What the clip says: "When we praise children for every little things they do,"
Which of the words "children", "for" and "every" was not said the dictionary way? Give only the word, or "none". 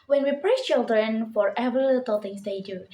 every